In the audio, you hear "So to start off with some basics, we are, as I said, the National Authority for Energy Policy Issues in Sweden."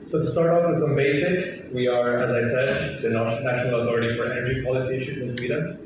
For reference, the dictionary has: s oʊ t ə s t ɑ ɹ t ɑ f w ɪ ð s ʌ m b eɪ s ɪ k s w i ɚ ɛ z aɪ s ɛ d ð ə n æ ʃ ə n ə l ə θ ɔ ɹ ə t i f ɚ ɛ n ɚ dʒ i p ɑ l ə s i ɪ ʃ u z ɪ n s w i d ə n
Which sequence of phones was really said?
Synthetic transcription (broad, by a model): s oʊ t ə s t ɑ ɹ t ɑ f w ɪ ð s ʌ m b eɪ s ɪ k s w i ɚ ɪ z aɪ s ɛ d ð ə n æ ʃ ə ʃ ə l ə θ ɔ ɹ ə t i f ɚ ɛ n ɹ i p ɑ l ə s i ɪ ʃ u z ɪ n s w i d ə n